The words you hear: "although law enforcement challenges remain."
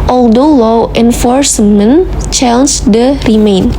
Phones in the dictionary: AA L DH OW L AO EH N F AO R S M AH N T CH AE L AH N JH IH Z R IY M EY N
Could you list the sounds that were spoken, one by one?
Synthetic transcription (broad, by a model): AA L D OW L AO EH N F AO R S M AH N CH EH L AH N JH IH R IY M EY N